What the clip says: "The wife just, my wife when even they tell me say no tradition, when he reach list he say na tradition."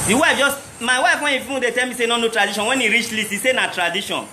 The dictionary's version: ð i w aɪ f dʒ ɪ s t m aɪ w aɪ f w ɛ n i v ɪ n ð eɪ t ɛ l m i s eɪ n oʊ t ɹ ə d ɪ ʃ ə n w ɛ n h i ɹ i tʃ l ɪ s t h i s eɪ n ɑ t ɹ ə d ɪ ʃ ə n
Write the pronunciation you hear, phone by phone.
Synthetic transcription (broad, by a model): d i w aɪ f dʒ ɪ s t m aɪ w aɪ f w ɛ n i f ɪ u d eɪ t ɛ l m i s eɪ n oʊ t ɹ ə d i ʃ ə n w ɛ n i ɹ i tʃ l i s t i s eɪ n ɑ t ɹ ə d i ʃ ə n